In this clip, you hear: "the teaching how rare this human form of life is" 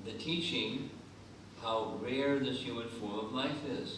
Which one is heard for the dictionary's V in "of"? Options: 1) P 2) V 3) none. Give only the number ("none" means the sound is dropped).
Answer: 2